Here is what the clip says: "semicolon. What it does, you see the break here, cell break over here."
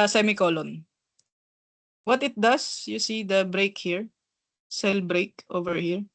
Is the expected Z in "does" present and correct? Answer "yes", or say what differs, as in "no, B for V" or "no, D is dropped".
no, S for Z